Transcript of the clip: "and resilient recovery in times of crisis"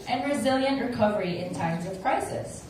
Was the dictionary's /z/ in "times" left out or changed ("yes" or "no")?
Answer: no